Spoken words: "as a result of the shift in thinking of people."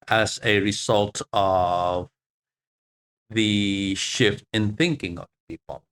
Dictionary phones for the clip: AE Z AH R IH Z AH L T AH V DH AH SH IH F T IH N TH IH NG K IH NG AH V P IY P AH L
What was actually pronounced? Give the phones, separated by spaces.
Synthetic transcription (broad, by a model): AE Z AH R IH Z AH L T AH V DH AH SH IH F T IH N TH IH NG K IH NG AH V P IY P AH L